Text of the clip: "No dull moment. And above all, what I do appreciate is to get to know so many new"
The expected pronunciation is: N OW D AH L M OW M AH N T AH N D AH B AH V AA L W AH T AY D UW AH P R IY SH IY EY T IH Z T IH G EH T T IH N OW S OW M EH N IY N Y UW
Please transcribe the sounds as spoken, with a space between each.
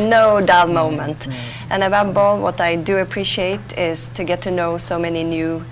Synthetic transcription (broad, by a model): N OW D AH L M OW M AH N T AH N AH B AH B AA L W AH T AY D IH AH P R IY SH IY EY T IH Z T IH G EH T T IH N OW S OW M EH N IY N Y UW